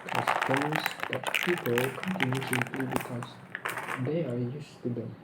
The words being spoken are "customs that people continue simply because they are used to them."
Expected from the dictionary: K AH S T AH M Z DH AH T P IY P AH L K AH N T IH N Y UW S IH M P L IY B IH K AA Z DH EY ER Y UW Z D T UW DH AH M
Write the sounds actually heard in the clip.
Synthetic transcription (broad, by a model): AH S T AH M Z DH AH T P IY P AH L K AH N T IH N Y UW S IH M P L IY B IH K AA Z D EY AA Y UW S T UW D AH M